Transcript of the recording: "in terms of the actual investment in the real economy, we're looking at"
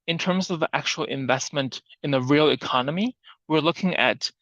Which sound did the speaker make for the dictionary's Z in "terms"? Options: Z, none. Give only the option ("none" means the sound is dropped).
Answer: Z